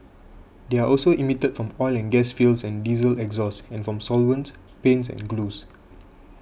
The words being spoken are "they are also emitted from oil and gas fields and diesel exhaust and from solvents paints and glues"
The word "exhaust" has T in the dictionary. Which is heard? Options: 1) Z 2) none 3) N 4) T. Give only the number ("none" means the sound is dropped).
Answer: 2